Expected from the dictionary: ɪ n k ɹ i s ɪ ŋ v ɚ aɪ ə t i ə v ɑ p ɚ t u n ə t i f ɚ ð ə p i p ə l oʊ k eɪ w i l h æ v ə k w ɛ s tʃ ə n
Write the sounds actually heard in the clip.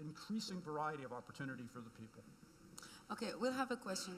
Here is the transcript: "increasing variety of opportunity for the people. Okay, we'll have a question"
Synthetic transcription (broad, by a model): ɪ n k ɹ i s ɪ ŋ v ɚ aɪ ə t i ə v ɑ p ɚ t u n ə t i f ɚ ð ə p i p l oʊ k eɪ w i l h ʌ v ə k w ɛ s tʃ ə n